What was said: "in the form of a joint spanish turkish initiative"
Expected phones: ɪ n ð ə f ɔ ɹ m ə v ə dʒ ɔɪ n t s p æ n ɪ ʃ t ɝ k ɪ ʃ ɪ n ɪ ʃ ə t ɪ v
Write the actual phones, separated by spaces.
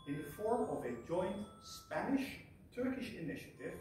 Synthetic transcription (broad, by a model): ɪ n ð ə f ɔ ɹ m ə v ə dʒ ɔɪ n t s p æ n ɪ ʃ t ɝ k ɪ ʃ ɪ n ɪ ʃ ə t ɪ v